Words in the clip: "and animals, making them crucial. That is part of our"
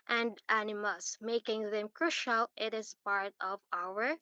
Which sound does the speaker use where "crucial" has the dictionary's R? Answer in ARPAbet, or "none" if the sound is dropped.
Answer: R